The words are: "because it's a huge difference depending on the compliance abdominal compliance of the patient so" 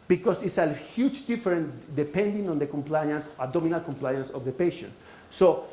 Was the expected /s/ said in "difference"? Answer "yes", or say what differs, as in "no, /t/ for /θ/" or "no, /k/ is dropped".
no, /s/ is dropped